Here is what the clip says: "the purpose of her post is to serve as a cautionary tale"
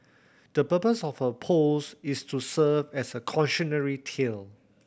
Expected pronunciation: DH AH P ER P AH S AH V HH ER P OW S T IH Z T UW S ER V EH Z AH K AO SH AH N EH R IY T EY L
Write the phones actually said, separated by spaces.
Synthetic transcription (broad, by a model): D AH P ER P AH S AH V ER P OW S IH S T UW S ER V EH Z AH K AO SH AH N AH R IY T EY L